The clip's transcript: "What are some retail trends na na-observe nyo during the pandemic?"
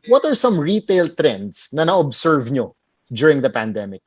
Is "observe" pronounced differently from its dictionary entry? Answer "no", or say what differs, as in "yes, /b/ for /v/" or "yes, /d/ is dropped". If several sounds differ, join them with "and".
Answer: yes, /s/ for /z/